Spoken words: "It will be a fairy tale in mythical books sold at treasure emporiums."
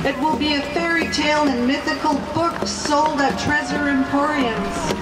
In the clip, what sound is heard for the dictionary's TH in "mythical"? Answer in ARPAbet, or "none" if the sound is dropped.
TH